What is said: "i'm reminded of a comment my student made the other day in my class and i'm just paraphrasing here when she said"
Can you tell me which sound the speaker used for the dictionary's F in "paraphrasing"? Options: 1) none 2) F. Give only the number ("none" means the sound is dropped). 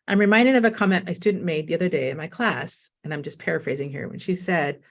2